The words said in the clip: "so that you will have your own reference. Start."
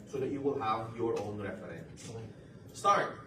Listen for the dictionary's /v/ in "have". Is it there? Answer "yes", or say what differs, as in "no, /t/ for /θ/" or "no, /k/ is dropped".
yes